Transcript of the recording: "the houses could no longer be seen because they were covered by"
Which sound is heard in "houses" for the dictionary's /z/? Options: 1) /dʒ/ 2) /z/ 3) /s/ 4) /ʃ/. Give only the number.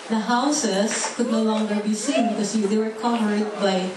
3